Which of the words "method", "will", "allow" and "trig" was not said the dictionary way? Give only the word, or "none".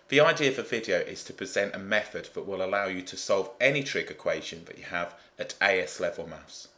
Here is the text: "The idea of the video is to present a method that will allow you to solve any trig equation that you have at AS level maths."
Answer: none